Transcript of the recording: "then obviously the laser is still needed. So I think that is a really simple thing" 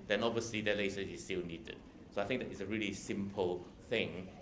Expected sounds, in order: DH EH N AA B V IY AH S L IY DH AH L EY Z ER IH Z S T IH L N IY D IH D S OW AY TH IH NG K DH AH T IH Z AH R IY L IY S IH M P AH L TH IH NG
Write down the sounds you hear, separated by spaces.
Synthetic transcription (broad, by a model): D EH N AA B V IY AH S L IY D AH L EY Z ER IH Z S T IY L N IY D IH D S OW AY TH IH NG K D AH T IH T AH R IY L IY S IH M P AH L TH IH NG